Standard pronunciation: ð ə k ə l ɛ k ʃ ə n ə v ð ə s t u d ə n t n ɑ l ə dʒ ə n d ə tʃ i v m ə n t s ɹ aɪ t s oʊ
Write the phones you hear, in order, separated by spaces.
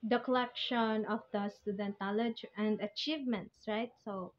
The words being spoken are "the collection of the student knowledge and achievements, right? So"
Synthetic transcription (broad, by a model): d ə k ə l ɛ k ʃ ə n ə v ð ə s t u d ə n t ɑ l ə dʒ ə n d ə tʃ i v m ə n t s ɹ aɪ t s oʊ